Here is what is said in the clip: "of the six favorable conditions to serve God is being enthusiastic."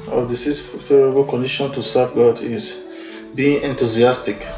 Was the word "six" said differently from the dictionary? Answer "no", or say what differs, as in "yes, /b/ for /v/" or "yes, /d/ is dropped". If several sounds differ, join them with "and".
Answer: yes, /k/ is dropped